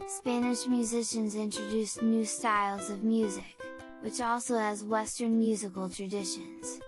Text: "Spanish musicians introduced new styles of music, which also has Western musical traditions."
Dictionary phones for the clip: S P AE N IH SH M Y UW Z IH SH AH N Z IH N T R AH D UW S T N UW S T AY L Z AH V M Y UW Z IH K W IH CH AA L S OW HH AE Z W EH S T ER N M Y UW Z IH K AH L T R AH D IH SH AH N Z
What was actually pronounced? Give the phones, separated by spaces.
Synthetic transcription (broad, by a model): S P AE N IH SH M Y UW Z IH SH AH N Z IH N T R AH D UW S N UW S T AY L Z AH V M Y UW Z IH K W IH CH AA L S OW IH Z W EH S T ER N M Y UW Z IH K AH L T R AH D IH SH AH N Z